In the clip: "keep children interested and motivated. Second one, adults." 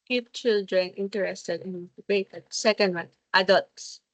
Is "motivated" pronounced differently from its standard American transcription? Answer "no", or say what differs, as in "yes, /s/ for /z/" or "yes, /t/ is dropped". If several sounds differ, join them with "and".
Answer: yes, /b/ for /v/